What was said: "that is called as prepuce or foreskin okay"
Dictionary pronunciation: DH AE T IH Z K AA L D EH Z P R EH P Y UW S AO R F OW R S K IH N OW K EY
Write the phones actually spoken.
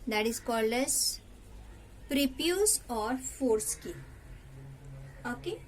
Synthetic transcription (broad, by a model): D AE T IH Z K AA L D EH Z P R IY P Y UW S AO R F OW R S K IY OW K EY